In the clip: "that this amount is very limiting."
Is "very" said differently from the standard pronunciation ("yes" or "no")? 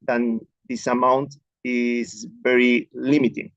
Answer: no